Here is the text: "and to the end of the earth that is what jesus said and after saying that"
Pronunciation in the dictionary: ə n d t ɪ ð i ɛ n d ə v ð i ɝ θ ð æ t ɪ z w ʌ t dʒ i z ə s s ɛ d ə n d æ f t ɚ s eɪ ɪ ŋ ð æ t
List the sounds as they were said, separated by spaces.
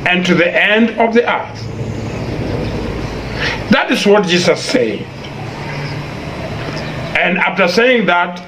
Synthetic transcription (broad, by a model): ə n t ɪ ð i ɛ n d ə v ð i ɝ θ ð æ t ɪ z w ʌ t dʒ i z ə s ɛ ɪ ə n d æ f t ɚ s eɪ ɪ ŋ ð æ t